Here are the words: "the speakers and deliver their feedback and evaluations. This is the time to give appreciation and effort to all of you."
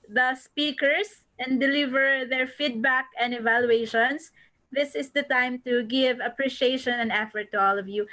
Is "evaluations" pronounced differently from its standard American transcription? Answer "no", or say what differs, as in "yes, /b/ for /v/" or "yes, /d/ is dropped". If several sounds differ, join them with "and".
yes, /s/ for /z/